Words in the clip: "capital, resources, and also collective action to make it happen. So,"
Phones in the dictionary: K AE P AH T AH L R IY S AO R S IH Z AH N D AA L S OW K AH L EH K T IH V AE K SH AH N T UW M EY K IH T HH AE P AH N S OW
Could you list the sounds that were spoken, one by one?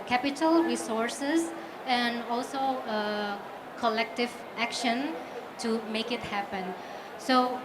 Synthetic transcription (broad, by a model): K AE P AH T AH L R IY S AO R S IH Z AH N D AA L S OW K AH L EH K T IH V AE K SH AH N T UW M EY K IH T HH AE P AH N S OW